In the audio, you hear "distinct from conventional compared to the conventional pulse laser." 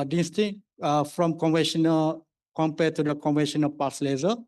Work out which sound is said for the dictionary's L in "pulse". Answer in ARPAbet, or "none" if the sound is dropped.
none